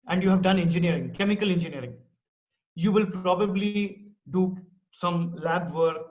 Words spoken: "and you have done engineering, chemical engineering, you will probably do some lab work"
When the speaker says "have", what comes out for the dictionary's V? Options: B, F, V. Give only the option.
V